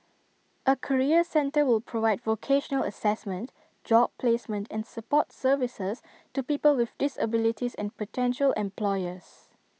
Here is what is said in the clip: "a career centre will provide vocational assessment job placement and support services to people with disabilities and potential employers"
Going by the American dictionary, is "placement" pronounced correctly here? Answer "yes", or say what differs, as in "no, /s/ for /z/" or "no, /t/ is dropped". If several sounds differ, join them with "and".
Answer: yes